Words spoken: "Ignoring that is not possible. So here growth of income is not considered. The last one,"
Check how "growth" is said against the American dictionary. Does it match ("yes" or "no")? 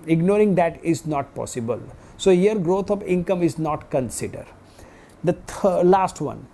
no